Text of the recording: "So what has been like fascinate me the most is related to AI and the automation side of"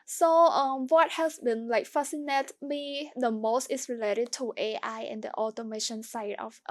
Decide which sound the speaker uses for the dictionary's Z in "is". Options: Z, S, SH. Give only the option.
S